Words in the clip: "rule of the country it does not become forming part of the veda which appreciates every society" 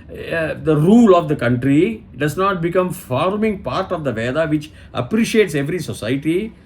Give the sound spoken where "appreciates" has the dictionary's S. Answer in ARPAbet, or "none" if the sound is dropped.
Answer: S